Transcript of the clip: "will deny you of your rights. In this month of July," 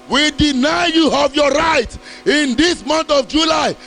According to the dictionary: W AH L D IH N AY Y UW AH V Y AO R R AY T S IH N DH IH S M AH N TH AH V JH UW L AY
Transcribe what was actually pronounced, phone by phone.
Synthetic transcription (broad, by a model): W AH D IH N AY Y UW AH V Y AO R R AY T IH N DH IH S M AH N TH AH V JH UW L AY